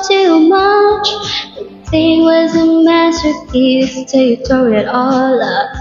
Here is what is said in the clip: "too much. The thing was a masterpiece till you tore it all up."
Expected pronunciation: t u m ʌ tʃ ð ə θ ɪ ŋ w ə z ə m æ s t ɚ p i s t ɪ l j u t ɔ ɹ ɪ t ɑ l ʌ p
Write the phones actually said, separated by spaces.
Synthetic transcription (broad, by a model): t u m ʌ tʃ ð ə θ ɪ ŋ w ə z ə m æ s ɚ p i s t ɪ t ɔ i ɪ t ɑ l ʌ